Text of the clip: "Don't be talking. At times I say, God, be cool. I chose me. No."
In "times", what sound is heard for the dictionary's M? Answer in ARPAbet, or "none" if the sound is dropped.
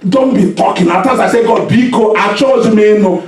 none